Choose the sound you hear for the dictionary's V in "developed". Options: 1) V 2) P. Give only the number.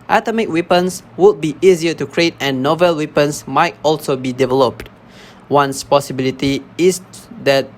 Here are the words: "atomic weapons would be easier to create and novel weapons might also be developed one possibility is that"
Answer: 1